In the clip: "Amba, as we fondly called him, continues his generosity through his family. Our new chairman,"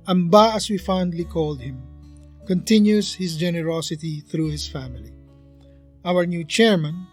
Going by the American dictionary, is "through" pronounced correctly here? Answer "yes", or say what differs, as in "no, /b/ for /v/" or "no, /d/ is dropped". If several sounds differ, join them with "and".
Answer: yes